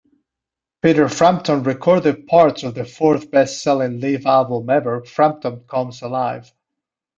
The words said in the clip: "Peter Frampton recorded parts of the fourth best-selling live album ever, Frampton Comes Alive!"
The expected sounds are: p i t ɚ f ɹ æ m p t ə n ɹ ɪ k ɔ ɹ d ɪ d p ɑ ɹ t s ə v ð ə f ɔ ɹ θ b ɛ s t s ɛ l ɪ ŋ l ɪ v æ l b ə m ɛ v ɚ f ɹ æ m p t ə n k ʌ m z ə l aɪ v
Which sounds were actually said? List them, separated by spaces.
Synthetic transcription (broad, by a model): p i t ɚ f ɹ æ m p t ə n ɹ ɪ k ɔ ɹ d ɪ d p ɑ ɹ t s ə v ð ə f ɔ ɹ θ b ɛ s t s ɛ l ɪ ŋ l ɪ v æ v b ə m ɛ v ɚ f ɹ æ m p t ə n k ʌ m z ə l aɪ v